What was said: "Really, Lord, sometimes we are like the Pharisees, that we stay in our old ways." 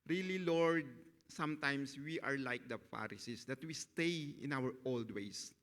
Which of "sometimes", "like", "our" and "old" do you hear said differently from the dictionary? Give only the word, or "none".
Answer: sometimes